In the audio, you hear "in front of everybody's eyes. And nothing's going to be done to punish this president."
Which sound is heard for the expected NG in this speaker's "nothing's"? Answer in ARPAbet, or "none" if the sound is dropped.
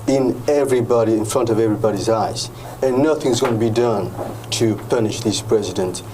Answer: NG